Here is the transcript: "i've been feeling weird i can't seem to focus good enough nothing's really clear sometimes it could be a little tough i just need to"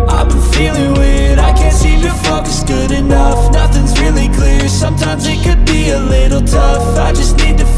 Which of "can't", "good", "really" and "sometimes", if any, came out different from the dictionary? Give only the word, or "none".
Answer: none